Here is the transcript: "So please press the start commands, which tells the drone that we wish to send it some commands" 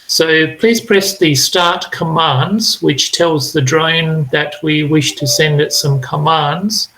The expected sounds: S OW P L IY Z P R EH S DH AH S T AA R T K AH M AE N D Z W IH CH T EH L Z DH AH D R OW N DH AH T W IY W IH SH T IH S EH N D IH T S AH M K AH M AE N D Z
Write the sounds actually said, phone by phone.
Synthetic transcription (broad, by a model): S OW P L IY Z P R EH S DH AH S T AA R T K AH M AE N D Z W IH CH T EH L Z DH AH D R OW N DH AH T W IY W IH SH T IH S EH N D IH T S AH M K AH M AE N D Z